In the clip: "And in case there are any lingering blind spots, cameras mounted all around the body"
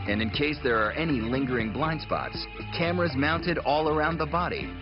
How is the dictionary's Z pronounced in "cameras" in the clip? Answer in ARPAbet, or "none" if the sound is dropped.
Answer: Z